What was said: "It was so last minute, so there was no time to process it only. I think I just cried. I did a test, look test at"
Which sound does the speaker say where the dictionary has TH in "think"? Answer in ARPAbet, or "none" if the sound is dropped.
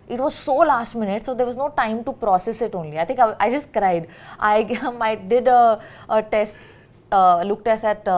T